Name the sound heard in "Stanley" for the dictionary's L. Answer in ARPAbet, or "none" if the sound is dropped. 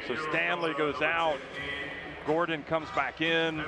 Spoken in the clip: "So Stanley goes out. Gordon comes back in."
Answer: L